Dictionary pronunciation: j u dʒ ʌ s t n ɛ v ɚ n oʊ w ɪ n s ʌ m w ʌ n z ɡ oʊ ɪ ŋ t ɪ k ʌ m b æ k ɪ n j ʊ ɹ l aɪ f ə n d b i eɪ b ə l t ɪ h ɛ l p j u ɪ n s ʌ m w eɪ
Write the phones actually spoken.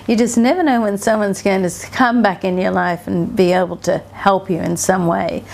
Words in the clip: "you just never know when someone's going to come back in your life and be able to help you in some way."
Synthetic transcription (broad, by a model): j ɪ dʒ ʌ s n ɛ v ɚ n oʊ w ɪ n s ʌ m w ʌ n z ɡ oʊ ɪ ŋ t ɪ k ʌ m b æ k ɪ n j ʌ ɹ l aɪ f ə n b i eɪ b l t ɪ h ɛ l p j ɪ ɪ n s ʌ m w eɪ